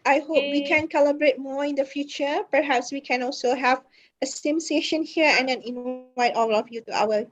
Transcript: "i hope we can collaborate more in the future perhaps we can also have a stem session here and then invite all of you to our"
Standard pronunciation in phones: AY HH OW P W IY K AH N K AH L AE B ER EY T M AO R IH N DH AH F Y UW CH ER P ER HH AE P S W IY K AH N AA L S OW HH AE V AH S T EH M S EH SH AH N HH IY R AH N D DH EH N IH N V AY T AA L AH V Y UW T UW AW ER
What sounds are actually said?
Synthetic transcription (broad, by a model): AY HH OW P W IY K AH N K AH L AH B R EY T M AO IH N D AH F Y UW CH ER P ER HH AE P S W IY K AH N AA L S OW HH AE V AH S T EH M S EH SH AH N HH IY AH AH N D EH N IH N AY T AA L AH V Y UW T UW AW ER